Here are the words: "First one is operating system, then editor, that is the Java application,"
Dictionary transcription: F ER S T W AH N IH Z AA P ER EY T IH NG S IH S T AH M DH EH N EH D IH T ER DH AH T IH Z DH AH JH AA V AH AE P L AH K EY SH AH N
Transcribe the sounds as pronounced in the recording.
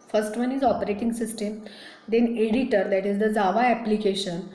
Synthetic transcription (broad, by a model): F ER S T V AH N IH Z AA P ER EY T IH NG S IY S T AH M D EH N EH D IH T ER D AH T IH Z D AH Z AA V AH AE P L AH K EY SH AH N